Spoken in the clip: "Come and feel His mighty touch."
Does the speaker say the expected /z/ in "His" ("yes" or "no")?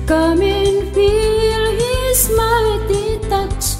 no